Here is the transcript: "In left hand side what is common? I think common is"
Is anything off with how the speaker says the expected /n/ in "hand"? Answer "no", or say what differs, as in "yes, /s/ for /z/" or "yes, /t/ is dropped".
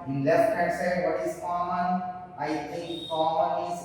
yes, /n/ is dropped